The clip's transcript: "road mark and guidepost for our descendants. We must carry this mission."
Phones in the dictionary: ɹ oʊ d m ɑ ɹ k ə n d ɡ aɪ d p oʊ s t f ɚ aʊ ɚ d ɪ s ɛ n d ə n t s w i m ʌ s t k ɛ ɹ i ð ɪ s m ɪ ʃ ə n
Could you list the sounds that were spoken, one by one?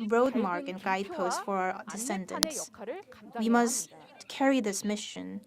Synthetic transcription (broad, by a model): ɹ oʊ d m ɑ ɹ k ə n ɡ aɪ d p oʊ s t f ɚ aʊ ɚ d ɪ s ɛ n d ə n s s w i m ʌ s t k ɛ ɹ i ð ɪ s m ɪ ʃ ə n